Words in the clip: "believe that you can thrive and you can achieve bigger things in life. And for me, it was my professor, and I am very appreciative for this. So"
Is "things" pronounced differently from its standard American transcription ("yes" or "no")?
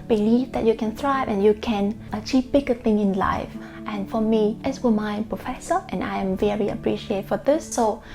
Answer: yes